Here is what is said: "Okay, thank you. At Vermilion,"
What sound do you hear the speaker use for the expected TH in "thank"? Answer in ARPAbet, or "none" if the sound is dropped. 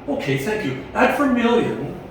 TH